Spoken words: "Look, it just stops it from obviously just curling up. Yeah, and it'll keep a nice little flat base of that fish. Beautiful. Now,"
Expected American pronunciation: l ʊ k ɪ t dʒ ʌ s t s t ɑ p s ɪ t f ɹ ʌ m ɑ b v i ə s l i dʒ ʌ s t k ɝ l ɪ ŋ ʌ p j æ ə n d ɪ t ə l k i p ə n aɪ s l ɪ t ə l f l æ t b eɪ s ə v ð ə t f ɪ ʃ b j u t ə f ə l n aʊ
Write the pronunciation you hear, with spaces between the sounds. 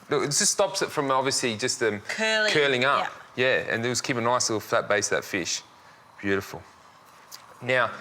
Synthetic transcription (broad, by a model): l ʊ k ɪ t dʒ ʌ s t s t ɑ p s ɪ t f ɹ ʌ m ɑ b v i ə s l i dʒ ʌ s t k ɝ l ɪ ŋ ʌ p j æ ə n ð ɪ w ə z k i p ə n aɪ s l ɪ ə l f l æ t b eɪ ə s ð ə t f ɪ ʃ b j u t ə f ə l n aʊ